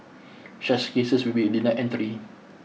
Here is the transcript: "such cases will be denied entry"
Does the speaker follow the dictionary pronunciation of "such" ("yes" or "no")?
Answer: no